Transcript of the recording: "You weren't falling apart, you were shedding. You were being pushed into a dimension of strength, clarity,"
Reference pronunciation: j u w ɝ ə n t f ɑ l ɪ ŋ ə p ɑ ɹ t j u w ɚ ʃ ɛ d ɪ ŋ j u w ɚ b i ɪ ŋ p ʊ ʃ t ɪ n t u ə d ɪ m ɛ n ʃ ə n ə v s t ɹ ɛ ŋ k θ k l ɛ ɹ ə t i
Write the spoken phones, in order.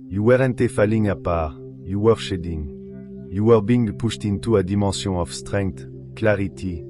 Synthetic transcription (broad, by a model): j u w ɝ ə n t f ɑ l ɪ ŋ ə p ɑ ɹ j u w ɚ ʃ ɛ d ɪ ŋ j u w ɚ b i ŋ p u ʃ t ɪ n t u ə d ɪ m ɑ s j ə ə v s t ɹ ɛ ŋ k t k l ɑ ɹ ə t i